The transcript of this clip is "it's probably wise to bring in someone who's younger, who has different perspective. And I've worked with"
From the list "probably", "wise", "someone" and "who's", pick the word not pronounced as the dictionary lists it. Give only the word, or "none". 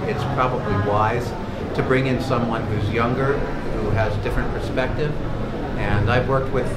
none